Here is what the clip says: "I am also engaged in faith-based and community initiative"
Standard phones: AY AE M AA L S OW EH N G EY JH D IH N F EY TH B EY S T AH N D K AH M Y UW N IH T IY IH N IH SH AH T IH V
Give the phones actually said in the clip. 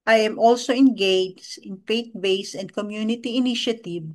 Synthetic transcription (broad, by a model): AY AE M AA L S OW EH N G EY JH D IH N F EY T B EY S AH N D K AH M Y UW N IH T IY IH N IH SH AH T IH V